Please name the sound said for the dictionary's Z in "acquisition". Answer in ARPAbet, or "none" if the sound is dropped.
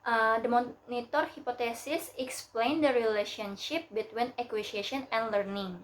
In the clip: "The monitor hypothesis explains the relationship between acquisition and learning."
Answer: S